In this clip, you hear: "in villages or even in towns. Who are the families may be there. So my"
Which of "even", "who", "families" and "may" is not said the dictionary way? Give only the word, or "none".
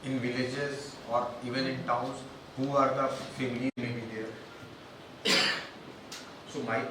families